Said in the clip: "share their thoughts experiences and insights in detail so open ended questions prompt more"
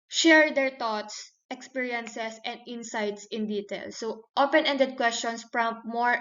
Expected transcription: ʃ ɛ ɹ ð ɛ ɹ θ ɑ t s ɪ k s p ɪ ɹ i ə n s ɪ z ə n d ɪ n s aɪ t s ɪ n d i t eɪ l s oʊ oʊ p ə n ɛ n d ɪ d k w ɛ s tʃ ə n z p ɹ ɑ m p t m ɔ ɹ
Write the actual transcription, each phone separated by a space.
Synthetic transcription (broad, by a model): ʃ ɛ ɹ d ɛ ɹ t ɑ t s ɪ k s p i ɹ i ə n s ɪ s ə n d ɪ n s aɪ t s ɪ n d i t eɪ l s oʊ oʊ p ə n ɛ n d ɪ d k w ɛ s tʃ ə n s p ɹ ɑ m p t m ɔ ɹ